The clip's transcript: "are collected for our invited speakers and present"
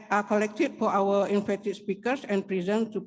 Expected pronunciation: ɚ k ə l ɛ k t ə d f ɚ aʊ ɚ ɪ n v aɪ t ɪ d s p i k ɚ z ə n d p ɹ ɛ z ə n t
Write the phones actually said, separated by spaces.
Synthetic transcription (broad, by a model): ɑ k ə l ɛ k t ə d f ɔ aʊ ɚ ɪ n f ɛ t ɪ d s p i k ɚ s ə n p ɹ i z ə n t